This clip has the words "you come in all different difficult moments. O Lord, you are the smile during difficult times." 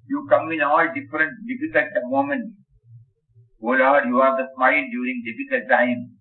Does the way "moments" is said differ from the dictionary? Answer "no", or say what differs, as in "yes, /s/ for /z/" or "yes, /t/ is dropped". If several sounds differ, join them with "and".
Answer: yes, /s/ is dropped